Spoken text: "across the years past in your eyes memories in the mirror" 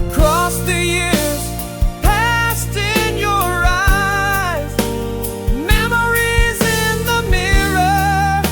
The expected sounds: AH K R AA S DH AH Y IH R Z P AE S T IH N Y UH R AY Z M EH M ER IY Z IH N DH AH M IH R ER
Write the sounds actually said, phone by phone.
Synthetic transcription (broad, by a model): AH K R AA S DH AH Y IH R Z P AE S T IH N Y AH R AY Z M EH M ER IY Z IH N DH AH M IH R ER